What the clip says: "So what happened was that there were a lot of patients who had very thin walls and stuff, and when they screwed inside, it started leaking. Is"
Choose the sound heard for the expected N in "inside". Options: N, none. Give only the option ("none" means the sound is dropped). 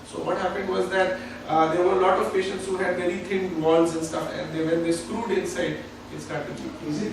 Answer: N